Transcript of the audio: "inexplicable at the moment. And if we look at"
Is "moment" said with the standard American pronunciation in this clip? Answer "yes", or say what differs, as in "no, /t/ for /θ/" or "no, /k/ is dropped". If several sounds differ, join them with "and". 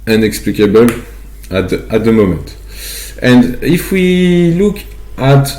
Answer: no, /n/ is dropped